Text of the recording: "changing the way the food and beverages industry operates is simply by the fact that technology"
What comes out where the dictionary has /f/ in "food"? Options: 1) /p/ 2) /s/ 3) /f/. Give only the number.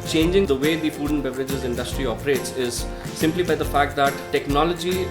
1